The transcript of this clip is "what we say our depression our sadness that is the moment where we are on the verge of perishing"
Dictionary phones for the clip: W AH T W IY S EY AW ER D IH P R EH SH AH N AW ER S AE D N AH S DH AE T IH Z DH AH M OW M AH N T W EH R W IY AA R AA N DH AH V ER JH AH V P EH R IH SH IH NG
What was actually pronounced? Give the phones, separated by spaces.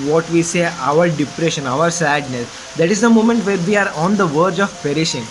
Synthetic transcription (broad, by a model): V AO T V IY S EY AW ER D IH P R EH SH AH N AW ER S AE D N AH S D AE T IH Z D AH M OW M AH N T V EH R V IY AA R AA N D AH V ER JH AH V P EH R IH SH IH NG